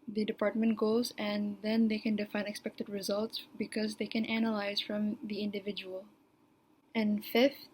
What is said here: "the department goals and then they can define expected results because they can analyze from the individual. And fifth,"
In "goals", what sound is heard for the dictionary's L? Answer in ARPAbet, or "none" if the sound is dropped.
none